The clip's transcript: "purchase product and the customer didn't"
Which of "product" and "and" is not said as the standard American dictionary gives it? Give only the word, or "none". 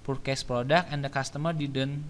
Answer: product